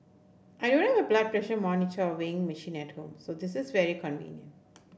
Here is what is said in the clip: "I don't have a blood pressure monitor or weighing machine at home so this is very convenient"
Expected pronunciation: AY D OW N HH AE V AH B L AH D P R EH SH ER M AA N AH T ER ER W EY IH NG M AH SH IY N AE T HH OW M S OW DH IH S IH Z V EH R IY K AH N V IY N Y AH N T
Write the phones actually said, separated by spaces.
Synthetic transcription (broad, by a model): AY D OW N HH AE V AH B L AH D P R EH SH ER M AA N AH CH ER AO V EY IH NG M AH SH IY N AE T HH OW M S OW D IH S IH Z V EH R IY K AH N V IY N Y AH N T